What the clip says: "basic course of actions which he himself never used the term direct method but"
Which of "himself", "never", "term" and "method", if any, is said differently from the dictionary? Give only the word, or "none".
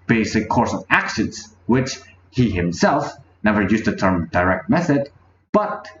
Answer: none